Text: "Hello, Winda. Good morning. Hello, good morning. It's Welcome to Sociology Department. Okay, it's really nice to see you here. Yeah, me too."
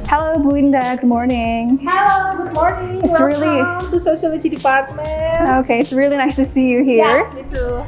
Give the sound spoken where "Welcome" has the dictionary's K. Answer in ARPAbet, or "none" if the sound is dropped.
none